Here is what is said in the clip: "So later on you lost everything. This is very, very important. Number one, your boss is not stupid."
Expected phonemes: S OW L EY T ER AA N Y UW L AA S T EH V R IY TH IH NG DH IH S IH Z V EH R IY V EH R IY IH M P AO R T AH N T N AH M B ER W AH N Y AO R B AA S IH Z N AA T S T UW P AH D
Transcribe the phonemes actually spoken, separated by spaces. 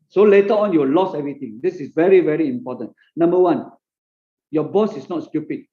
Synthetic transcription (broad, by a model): S OW L EY T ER AA N Y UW L AA S EH V R IY T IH NG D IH S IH S V EH R IY V EH R IY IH M P AO T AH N N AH M B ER W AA N Y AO B AA S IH S N AA T S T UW P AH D